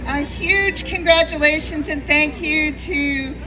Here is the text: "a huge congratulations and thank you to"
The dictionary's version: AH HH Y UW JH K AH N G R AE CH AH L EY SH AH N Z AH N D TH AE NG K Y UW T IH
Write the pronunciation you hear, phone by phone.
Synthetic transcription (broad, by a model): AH HH Y UW JH K AH N G R AE CH AH L EY SH AH N Z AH N TH AE NG K Y UW T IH